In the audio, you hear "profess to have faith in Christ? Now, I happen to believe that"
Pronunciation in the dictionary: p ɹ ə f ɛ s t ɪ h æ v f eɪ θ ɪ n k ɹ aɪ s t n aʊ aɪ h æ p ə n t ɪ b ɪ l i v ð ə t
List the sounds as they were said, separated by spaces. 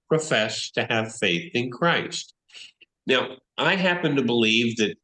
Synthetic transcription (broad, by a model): p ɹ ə f ɛ s t ɪ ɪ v f eɪ θ ɪ n k ɹ aɪ s t n aʊ aɪ h æ p ə n t ɪ b ɪ l i v ð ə t